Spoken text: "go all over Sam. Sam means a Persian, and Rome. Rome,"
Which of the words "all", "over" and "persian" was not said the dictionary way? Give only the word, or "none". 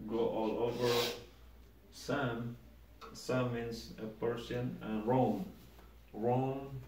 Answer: persian